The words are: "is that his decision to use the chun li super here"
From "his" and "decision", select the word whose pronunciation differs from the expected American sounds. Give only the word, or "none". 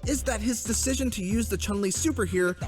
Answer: none